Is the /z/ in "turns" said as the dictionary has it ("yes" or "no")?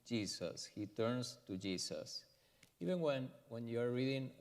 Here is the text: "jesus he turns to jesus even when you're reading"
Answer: no